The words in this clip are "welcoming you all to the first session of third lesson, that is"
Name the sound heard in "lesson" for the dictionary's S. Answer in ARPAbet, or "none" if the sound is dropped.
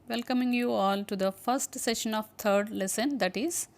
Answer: S